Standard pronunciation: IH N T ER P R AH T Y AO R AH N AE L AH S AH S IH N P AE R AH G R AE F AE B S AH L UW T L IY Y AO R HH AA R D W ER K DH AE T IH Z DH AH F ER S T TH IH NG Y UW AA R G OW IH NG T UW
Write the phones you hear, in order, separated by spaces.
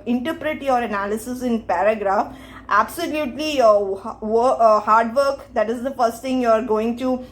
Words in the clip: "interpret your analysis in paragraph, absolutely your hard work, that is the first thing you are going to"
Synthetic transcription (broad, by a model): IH N T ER P R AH T Y AO R AH N AE L AH S AH S IH N P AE R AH G R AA F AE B S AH L UW T L IY Y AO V HH AA R D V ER K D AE T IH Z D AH F ER S T T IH NG Y UW AA R G OW IH NG T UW